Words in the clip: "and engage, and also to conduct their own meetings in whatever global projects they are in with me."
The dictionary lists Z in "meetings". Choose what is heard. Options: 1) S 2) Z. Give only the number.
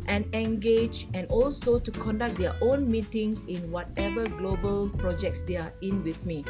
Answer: 1